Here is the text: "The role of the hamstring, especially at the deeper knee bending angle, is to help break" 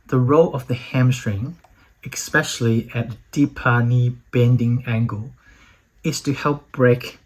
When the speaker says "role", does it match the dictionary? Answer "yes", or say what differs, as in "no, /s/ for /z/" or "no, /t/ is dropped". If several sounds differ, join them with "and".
yes